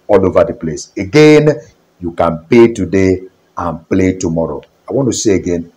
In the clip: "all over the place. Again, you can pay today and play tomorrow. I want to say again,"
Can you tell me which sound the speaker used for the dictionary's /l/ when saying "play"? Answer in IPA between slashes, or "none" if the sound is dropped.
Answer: /l/